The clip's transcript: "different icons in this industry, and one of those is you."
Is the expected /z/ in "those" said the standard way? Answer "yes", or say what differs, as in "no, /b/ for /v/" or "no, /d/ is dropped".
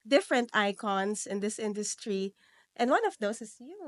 no, /s/ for /z/